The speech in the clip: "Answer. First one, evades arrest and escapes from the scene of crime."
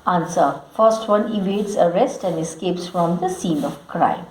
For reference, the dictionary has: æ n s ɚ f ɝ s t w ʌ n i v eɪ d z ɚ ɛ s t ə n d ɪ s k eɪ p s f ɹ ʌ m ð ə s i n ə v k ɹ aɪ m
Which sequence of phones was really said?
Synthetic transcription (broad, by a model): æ n s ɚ f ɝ s t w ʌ n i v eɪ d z ɚ ɛ s t ə n d ɪ s k eɪ p s f ɹ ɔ m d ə s i n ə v k ɹ aɪ m